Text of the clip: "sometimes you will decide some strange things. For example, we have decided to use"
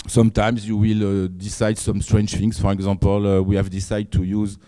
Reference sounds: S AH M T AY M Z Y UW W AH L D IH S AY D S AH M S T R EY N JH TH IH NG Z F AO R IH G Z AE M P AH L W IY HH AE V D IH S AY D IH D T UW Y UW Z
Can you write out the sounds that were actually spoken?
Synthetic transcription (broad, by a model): S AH M T AY M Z Y UW W AH L D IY S AY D S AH M S T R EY N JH F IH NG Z F AO R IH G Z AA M P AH L W IY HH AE V D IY S AY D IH D T UW Y UW Z